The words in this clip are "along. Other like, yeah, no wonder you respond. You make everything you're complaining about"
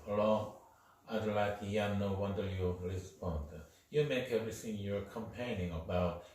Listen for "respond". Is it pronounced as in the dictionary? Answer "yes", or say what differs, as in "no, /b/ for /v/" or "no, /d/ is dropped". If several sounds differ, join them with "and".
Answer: no, /l/ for /ɹ/